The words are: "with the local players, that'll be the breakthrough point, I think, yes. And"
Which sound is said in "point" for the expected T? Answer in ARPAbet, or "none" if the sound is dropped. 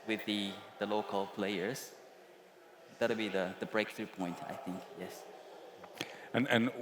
T